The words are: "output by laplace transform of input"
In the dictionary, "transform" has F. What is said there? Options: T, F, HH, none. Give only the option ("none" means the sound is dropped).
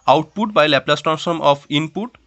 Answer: none